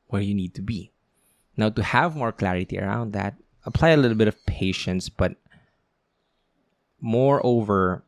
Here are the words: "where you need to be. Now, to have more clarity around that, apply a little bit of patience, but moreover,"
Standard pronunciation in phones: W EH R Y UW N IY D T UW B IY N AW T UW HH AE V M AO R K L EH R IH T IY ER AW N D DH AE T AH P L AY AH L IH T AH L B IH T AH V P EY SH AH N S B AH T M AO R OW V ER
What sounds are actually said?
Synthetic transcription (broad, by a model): W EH R Y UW N IY D T UW B IY N AW T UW HH AE V M AO R K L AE R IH T IY ER AW N D DH AE T AH P L AY AH L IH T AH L B IH T AH V P EY SH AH N S B AH T M AO R OW V ER